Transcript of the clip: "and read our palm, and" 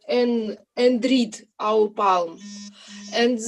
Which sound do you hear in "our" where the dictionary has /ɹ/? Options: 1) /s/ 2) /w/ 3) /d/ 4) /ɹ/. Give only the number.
2